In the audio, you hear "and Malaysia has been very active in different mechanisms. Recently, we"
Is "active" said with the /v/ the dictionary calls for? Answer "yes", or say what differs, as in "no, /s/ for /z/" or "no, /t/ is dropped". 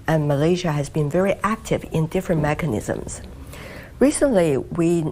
yes